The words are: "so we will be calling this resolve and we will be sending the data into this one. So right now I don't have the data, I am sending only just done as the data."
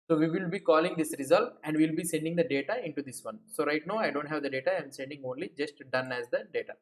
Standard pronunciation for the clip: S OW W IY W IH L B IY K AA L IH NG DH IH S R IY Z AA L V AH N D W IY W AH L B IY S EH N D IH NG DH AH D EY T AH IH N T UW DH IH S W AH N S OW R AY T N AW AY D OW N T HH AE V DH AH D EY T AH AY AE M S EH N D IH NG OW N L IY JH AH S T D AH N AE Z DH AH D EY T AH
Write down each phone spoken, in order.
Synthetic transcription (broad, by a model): S OW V IY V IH L B IY K AA L IH NG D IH S R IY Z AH L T AH N D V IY L B IY S EH N D IH NG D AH D EY T AH IH N T UW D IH S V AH N S OW R AY T N AW AY D OW N T HH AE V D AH D EY T AH AY M S EH N D IH NG OW N L IY JH AH S T D AH N AE Z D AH D EY T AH